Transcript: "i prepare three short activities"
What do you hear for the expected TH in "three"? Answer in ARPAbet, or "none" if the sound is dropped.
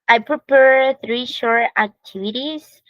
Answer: TH